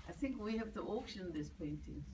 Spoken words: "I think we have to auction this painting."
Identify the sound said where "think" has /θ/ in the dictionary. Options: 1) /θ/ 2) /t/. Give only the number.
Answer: 1